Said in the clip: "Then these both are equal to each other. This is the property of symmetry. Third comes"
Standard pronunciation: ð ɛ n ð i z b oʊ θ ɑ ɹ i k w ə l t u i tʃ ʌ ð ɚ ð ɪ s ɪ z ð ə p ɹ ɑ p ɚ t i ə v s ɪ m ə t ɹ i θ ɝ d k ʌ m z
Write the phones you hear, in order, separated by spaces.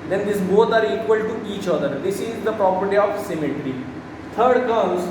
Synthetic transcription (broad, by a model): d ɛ n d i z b oʊ t ɑ ɹ i k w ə l t u i tʃ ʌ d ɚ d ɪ s ɪ z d ə p ɹ ɑ p ɚ t i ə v s ɪ m ə t ɹ i t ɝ d k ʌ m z